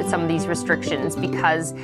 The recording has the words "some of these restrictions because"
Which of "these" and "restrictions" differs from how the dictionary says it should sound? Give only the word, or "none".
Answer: none